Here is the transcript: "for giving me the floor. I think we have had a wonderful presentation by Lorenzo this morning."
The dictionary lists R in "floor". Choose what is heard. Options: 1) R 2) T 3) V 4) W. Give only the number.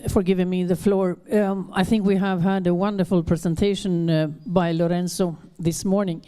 1